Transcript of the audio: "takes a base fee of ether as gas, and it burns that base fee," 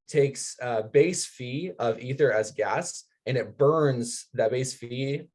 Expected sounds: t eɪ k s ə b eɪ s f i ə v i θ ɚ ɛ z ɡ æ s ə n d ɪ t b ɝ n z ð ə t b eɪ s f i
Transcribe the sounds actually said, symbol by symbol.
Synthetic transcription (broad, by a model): t eɪ k s ə b eɪ s f i ə v i θ ɚ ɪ z ɡ æ s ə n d ɪ t b ɝ n z ð ə t b eɪ s f i